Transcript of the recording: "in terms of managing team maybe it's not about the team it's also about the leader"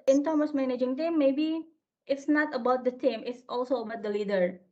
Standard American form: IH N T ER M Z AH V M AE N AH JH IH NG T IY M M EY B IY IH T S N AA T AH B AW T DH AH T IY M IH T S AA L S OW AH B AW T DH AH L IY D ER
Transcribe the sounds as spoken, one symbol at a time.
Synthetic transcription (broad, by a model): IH N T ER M AH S M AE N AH JH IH NG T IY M M EY B IY IH T S N AA T AH B AW T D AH T IY M IH T S AA L S OW AH B AW T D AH L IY D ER